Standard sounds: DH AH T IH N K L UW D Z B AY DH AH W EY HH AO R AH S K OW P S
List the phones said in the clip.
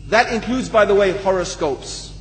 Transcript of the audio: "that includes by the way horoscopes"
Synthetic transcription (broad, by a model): DH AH T IH N K L UW D Z B AY DH AH W EY HH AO R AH S K OW P S